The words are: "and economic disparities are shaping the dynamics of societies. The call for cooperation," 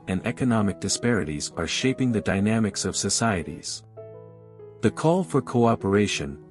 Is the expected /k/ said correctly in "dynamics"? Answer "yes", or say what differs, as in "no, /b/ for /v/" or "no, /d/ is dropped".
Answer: yes